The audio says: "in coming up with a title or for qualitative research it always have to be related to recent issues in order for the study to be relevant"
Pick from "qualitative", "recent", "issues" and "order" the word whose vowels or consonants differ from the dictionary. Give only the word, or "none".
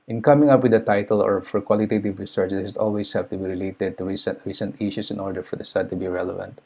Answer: issues